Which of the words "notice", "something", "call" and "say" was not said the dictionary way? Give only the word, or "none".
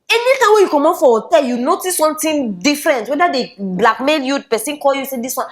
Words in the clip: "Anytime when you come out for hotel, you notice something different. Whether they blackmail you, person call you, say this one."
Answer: something